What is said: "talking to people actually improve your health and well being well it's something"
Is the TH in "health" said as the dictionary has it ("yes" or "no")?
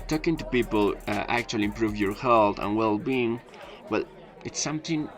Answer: no